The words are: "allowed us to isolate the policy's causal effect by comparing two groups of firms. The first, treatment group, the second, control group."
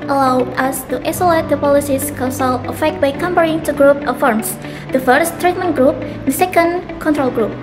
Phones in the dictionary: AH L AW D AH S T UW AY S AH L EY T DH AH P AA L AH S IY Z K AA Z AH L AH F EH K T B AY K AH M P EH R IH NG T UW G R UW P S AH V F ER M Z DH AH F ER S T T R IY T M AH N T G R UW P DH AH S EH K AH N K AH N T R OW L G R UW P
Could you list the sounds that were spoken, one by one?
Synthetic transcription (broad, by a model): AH L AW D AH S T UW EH S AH L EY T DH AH P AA L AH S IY S K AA S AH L AH F EH K T B AY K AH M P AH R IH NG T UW G R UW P AH F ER M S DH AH F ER S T T R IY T M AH N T G R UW P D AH S EH K AH N K AH N T R OW L G R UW P